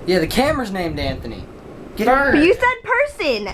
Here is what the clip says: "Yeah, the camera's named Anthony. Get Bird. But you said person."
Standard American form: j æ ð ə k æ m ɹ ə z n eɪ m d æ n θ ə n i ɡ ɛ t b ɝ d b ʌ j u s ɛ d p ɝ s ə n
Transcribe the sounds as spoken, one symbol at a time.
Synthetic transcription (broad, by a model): j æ ð ə k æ m ɹ z n eɪ m d æ n θ ə n i ɡ ɛ t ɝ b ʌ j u s ɛ d p ɝ s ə n